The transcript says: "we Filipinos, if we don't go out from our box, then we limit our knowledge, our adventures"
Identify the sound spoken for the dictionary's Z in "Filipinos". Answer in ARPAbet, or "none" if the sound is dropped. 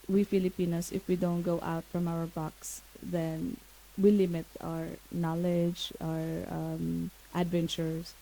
S